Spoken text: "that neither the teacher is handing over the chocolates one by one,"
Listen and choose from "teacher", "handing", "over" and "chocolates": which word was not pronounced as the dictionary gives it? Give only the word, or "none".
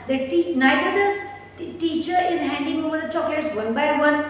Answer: chocolates